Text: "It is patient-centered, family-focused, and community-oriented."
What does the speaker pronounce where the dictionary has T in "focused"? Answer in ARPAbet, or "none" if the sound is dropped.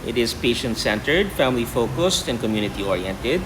T